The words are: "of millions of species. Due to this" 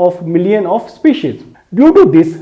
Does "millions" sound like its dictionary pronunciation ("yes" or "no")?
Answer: no